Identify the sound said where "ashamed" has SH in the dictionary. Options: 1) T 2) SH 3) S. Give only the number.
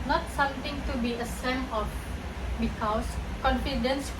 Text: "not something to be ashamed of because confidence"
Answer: 3